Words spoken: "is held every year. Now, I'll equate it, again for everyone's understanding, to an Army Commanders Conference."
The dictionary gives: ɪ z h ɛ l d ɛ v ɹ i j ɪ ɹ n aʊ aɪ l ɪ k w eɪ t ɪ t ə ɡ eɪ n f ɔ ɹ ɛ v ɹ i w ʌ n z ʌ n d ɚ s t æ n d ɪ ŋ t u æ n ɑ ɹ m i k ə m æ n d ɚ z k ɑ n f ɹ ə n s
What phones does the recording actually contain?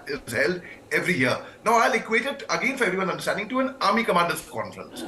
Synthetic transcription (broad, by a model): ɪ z h ɛ l d ɛ v ɹ i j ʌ ɹ n aʊ aɪ l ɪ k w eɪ t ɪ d ə ɡ eɪ n f ɔ ɹ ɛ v ɹ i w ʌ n ʌ n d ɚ s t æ n d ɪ ŋ t u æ n ɑ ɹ m i k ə m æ n d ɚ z k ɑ n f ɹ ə n s